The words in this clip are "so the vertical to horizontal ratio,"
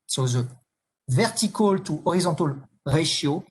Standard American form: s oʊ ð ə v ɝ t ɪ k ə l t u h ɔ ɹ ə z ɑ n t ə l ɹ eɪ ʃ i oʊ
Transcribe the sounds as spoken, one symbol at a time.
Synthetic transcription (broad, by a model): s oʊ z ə v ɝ t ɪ k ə l t u ɔ ɹ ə z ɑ t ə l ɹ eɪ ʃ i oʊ